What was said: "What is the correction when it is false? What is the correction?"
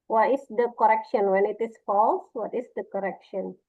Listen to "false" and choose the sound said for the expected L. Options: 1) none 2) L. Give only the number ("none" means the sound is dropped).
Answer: 2